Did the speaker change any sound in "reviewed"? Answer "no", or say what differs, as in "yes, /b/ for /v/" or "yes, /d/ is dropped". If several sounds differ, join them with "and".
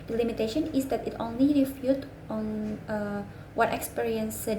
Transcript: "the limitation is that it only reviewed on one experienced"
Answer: yes, /f/ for /v/